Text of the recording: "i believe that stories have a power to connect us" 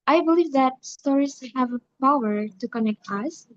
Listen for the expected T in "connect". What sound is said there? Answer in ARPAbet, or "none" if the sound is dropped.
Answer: T